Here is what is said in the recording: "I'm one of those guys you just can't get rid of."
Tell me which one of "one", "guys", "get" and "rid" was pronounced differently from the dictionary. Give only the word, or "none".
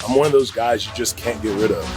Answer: none